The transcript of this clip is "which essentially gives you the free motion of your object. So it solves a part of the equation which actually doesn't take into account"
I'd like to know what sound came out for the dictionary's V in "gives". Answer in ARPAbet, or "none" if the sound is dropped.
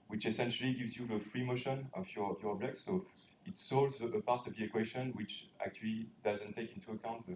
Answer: V